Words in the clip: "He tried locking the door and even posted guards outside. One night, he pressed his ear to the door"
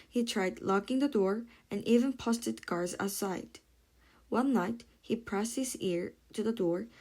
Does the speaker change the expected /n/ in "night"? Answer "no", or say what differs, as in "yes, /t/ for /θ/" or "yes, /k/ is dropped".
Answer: no